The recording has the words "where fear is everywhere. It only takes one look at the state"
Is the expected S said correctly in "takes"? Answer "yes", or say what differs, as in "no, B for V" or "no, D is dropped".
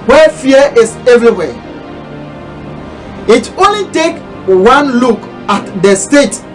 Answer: no, S is dropped